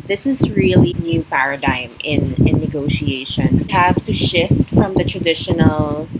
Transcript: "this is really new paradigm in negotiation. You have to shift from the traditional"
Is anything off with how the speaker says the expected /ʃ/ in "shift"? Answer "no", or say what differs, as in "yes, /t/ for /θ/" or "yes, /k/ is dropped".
no